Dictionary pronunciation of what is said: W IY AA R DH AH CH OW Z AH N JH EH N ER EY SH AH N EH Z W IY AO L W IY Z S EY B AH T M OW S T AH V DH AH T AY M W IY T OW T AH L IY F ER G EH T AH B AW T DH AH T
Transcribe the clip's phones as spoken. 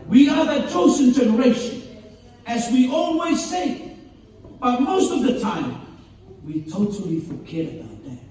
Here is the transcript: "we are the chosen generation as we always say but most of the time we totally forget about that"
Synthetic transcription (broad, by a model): W IY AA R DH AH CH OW S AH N JH EH N ER EY SH AH N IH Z W IY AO N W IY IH S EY B AH T M OW S T AH V DH AH T AY M W IY T OW T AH L IY F ER G EH T AH B AW T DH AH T